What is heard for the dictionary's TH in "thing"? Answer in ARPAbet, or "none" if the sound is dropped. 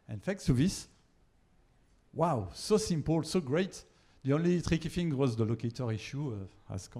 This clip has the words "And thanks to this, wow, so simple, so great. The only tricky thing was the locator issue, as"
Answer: F